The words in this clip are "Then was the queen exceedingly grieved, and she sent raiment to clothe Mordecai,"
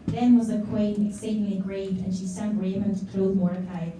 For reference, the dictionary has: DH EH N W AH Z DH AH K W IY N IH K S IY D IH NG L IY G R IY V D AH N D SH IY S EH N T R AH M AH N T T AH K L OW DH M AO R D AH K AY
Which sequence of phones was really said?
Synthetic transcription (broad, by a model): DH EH N W AH Z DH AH K W IY N IH K S IY D IH NG L IY G R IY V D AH N SH IY S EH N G R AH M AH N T T AH K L OW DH M AO R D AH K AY